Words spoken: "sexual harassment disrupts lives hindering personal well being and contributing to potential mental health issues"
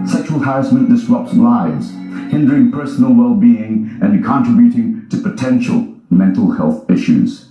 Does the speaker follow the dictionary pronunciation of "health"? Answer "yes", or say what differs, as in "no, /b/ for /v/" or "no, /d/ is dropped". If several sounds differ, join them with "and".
yes